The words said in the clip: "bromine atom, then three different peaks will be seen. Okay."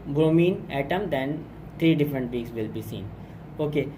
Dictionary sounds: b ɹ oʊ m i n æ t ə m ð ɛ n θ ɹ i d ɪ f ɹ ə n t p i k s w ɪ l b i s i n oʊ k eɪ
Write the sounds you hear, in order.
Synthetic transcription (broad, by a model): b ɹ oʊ m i n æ t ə m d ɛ n t ɹ i d ɪ f ɹ ə n t b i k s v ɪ l b i s i n oʊ k eɪ